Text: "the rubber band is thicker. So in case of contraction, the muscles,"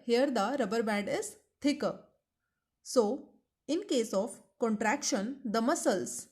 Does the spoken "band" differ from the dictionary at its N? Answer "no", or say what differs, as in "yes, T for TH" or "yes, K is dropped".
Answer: yes, N is dropped